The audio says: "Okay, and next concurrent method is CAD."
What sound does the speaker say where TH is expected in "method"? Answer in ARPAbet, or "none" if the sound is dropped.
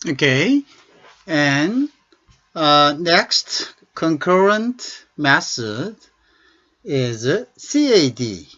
S